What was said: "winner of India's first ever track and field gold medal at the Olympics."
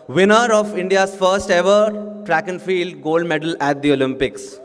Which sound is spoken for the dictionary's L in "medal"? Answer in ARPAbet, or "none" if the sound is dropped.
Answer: L